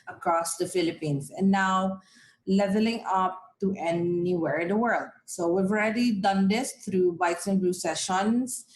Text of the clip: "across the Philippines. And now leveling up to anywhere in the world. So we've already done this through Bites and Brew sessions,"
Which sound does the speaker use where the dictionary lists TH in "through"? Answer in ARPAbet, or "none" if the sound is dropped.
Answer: T